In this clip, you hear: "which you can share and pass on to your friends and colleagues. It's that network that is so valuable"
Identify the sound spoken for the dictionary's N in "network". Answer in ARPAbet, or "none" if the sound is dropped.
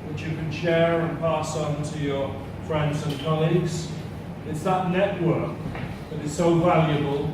N